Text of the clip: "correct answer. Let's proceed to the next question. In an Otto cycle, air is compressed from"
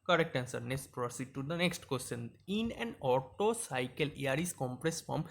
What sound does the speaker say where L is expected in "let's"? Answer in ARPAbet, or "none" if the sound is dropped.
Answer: N